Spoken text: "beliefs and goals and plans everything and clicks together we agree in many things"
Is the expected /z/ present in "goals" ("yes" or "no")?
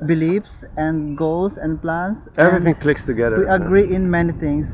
no